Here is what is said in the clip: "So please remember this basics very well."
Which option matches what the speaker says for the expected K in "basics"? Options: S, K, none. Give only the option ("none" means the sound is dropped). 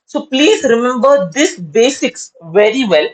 K